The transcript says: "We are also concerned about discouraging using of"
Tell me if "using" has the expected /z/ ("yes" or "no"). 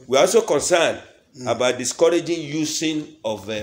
no